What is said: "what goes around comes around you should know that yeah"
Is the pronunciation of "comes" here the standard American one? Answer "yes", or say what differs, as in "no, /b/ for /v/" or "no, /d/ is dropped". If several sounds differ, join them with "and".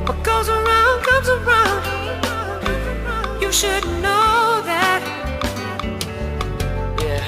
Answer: yes